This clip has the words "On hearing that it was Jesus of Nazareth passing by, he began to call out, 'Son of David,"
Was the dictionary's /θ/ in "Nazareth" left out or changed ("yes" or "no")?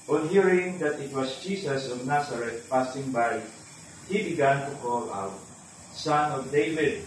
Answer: yes